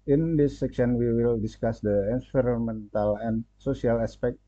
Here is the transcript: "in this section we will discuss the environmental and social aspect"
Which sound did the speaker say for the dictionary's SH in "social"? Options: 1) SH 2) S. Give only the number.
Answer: 2